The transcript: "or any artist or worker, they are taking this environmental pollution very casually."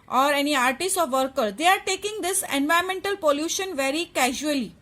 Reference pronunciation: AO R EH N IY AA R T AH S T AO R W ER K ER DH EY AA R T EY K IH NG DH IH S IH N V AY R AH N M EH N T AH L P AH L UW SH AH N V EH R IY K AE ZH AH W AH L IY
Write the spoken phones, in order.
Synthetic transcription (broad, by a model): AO R EH N IY AA R T AH S T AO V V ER K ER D EY AA R T EY K IH NG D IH S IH N V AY AH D M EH N T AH L P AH L UW SH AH N V EH R IY K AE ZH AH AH L IY